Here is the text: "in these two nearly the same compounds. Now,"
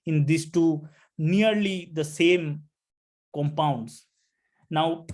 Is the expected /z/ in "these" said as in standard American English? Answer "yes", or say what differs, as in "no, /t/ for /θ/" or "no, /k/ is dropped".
no, /s/ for /z/